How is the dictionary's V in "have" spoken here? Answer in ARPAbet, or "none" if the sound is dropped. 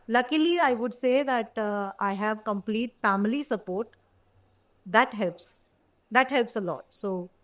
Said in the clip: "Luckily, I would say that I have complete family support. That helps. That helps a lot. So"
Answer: V